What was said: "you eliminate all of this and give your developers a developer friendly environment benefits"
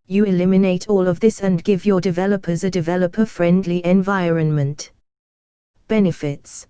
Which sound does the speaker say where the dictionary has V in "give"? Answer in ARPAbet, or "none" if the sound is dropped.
V